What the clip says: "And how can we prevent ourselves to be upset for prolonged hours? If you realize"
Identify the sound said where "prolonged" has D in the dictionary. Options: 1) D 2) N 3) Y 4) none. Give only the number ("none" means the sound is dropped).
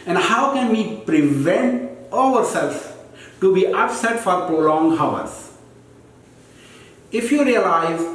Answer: 4